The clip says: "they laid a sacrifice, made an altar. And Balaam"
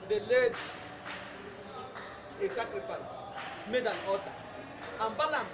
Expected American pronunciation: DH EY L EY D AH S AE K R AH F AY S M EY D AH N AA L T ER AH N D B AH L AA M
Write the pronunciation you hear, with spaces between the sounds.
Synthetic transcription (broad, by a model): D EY L EY D AH S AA K R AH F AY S M EY D AH N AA T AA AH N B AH L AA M